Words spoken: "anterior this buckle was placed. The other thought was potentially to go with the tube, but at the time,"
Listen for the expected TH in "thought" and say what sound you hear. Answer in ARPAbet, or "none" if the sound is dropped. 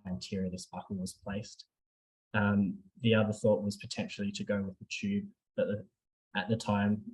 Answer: TH